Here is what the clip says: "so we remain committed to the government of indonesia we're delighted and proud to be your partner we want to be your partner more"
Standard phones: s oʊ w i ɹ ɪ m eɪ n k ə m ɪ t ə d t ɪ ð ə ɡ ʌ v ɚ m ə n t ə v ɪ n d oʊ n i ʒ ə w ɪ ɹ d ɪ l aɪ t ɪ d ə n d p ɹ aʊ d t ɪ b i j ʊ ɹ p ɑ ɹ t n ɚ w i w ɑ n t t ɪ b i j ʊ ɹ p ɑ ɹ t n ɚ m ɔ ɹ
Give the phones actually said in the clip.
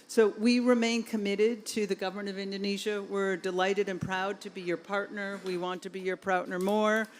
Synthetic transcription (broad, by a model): s oʊ w i ɹ ɪ m eɪ n k ə m ɪ t ə d t ɪ ð ə ɡ ʌ v ɚ m ə n t ə v ɪ n d oʊ n i ʒ ə w ɪ ɹ d ɪ l aɪ t ɪ d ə n p ɹ aʊ d t ɪ b i j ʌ ɹ p ɑ ɹ t n ɚ w i w ɑ n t t ɪ b i j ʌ ɹ p ɑ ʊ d n ɚ m ɔ ɹ